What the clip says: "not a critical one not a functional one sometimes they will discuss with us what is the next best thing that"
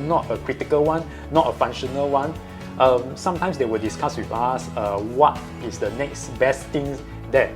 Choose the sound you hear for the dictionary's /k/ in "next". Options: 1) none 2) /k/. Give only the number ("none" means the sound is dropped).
2